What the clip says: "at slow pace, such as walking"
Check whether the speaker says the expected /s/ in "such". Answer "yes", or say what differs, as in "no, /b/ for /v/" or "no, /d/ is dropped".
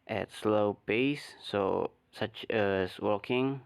yes